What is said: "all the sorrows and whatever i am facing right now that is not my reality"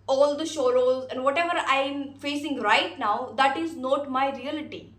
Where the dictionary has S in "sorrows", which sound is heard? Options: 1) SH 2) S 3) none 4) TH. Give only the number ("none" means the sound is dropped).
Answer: 1